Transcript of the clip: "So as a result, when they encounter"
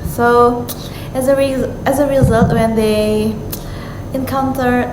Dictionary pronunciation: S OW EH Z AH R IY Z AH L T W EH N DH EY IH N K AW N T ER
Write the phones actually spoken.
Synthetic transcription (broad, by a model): S OW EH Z AH R IY Z AH L T W EH N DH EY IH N K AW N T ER